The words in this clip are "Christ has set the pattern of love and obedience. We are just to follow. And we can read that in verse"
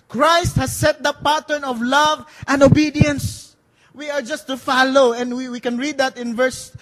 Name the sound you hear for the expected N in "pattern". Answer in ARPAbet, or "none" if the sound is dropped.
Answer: N